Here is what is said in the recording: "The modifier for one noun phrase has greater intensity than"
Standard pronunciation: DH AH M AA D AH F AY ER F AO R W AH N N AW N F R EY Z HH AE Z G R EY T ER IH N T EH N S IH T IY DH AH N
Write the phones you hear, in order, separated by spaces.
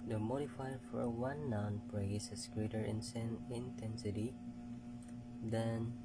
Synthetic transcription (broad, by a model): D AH M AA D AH F AY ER F AO R W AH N N AW N P R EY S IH S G R EY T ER IH N T EH N S IH T IY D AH N